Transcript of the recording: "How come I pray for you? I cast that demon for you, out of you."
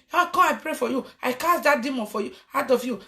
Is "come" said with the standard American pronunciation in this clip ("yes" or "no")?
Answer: no